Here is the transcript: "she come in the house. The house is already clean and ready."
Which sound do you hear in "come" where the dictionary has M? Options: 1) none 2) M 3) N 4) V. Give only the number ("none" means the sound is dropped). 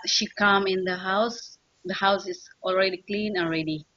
2